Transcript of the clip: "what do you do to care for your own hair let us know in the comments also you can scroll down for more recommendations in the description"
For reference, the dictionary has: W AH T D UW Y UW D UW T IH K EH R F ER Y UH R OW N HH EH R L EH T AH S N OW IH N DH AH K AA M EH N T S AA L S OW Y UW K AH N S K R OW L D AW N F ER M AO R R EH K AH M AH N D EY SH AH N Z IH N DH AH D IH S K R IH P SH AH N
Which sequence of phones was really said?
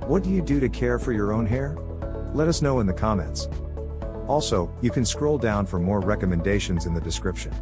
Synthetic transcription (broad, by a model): W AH T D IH Y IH D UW T IH K EH R F ER Y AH R OW N HH EH R L EH T AH S N OW IH N DH AH K AA M EH N T S AA L S OW Y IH K AH N S K R OW L D AW N F ER M AO R R EH K AH M AH N D EY SH AH N Z IH N DH AH D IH S K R IH P SH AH N